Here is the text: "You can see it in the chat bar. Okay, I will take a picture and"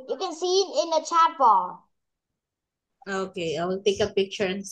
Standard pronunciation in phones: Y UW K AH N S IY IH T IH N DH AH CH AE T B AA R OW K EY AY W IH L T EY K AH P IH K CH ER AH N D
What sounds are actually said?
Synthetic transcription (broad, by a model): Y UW K AH N S IY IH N IH N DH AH CH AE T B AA L OW K EY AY W IH L T EY K AH P IH K CH ER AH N